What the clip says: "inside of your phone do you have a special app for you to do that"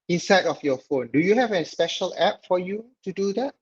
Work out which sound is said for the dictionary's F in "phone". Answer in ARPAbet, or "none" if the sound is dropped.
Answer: F